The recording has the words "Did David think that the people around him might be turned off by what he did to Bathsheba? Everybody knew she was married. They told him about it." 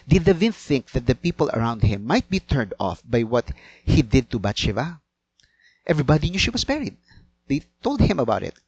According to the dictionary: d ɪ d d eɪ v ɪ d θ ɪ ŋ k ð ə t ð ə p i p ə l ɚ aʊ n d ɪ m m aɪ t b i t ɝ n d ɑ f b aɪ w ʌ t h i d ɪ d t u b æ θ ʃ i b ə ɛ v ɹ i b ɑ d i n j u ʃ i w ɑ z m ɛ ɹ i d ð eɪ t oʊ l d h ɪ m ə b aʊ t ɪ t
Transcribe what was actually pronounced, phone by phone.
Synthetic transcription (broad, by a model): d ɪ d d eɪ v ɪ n θ ɪ ŋ k ð ə t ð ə p i p ə l ɚ aʊ n d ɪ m m aɪ t b i t ɝ n d ɑ f b aɪ w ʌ t h i d ɪ d t u b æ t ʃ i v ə ɛ v ɹ i b ɑ d i n j u ʃ i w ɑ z m ɛ ɹ i d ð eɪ t oʊ l d h ɪ m ə b aʊ t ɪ t